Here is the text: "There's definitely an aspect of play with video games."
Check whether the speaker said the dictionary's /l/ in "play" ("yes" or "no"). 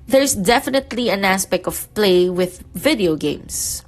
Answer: yes